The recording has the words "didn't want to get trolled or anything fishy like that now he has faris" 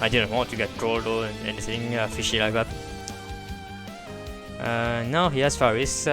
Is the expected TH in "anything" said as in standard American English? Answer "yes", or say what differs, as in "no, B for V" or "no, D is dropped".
no, S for TH